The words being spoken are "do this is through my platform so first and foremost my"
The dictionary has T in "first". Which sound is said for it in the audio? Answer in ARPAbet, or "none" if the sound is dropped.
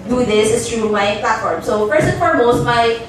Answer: none